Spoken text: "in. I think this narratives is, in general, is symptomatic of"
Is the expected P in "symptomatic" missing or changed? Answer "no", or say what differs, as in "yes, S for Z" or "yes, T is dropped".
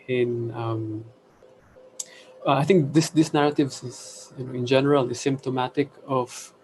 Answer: no